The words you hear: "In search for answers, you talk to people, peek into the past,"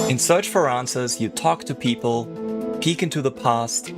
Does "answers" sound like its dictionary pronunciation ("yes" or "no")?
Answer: yes